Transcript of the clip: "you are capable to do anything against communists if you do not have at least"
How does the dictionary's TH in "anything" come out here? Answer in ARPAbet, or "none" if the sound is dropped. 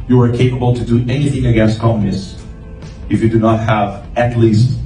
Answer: TH